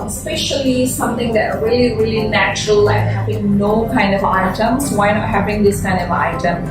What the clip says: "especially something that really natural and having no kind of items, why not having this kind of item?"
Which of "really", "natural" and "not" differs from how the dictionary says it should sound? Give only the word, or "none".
none